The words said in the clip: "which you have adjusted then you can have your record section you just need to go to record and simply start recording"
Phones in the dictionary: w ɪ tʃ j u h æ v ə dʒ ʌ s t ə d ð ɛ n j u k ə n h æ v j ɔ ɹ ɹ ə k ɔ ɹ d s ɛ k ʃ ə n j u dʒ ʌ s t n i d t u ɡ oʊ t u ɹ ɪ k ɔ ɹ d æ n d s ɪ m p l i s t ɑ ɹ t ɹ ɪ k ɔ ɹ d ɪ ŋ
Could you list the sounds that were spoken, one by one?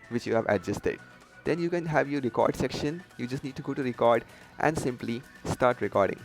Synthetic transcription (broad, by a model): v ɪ tʃ j u h æ v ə dʒ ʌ s t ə d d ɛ n j u k ə n h æ v j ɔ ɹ ɹ ə k ɔ ɹ d s ɛ k ʃ ə n j u dʒ ʌ s t n i d t u ɡ oʊ t u ɹ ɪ k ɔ ɹ d æ n d s ɪ m p l i s t ɑ ɹ t ɹ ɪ k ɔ ɹ d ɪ ŋ